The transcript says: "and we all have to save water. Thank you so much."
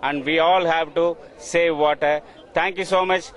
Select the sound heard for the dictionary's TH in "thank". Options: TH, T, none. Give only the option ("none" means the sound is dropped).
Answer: T